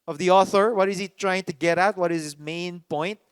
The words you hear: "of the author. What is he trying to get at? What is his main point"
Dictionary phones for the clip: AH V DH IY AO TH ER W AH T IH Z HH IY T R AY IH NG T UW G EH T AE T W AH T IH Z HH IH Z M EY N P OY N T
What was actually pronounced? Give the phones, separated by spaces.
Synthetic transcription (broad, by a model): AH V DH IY AO TH ER W AH T IH Z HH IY T R AY IH NG T UW G EH T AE T W AH T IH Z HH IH S M EY N P OY N T